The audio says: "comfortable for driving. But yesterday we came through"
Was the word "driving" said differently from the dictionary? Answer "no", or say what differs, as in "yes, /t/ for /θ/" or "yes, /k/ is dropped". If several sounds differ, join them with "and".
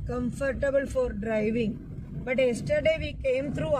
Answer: no